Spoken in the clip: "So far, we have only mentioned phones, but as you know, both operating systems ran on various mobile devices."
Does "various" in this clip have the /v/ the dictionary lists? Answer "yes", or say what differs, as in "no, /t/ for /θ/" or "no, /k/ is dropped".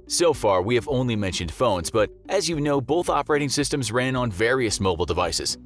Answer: yes